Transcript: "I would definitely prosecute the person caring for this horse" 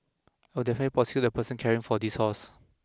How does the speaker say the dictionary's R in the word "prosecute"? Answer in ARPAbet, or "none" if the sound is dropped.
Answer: none